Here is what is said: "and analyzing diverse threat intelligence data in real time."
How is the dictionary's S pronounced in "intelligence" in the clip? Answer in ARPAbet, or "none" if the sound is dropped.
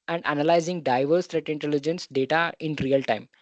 S